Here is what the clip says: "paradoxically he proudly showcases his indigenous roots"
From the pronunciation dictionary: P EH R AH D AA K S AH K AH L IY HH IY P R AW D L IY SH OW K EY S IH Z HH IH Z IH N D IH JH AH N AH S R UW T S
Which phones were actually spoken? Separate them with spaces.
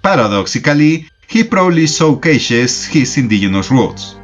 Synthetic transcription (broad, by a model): P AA R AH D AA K S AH K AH L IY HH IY P R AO L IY S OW K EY SH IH S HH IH S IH N D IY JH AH N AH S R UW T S